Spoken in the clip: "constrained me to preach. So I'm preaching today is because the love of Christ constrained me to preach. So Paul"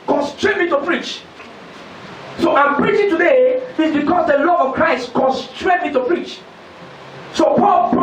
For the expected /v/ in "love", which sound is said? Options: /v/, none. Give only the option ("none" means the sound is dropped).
none